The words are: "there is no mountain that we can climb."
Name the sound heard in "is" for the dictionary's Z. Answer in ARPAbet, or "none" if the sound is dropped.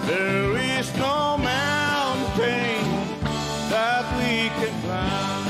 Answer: Z